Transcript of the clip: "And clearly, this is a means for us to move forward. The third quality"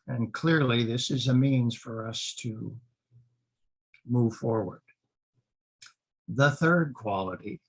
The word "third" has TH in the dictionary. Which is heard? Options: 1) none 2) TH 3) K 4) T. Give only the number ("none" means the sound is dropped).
2